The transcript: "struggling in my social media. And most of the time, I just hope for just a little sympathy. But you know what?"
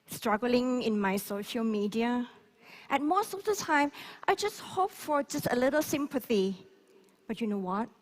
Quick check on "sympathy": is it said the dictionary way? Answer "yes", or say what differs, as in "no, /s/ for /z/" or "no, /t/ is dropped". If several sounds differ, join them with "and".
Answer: yes